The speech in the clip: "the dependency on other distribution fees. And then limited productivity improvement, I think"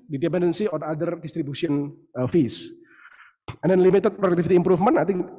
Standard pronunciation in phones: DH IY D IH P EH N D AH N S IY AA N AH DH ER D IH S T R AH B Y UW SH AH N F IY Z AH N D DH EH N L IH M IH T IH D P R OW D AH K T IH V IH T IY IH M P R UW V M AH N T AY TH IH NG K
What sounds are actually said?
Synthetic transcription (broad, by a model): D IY D IH P EH N D AH N S IY AA N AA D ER D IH S T R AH B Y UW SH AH N F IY S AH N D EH N L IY M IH T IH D P R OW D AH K T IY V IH T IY M P R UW F M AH N AY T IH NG